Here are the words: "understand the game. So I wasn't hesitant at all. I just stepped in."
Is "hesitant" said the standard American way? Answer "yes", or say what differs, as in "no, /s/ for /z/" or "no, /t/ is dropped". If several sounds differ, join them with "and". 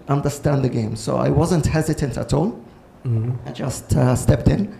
yes